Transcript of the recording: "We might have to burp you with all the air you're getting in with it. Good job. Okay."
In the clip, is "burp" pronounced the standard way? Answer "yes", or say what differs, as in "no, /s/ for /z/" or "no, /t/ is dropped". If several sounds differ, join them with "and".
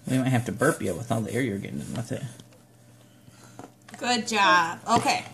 yes